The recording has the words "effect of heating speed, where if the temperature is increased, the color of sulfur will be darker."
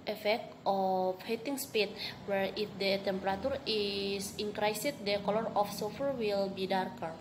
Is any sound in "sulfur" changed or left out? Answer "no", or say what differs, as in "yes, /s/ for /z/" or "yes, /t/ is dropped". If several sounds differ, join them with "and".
yes, /l/ is dropped